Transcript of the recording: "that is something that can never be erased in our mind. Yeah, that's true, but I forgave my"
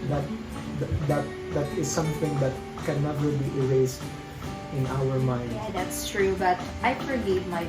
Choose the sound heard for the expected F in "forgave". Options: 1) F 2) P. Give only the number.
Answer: 2